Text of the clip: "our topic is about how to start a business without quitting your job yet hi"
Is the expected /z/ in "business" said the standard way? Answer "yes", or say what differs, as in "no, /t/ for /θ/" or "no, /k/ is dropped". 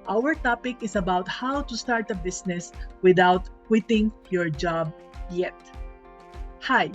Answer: no, /s/ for /z/